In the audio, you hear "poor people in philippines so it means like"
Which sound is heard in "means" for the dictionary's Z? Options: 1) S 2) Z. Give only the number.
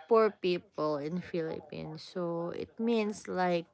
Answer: 1